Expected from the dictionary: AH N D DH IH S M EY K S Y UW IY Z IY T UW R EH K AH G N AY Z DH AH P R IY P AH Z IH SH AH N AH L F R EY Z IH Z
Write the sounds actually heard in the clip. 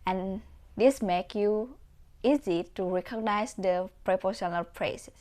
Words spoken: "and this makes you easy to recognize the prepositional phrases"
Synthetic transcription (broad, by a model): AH N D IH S M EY K Y UW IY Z IY T UW R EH K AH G N AY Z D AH P R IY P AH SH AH N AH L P R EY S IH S